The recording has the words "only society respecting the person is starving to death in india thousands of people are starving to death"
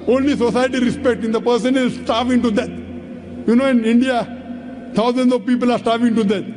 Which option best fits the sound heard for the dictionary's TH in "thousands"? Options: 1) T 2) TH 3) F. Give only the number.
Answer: 1